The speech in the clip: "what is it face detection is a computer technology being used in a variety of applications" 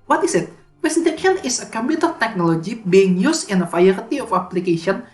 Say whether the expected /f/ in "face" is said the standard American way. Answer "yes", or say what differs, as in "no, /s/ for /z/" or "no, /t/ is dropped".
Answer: no, /p/ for /f/